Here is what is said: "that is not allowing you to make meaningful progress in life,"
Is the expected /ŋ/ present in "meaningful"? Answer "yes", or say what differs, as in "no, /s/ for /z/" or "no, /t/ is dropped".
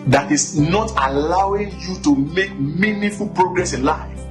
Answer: no, /ŋ/ is dropped